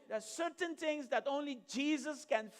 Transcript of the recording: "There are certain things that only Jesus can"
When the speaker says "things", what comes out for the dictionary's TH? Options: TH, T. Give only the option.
T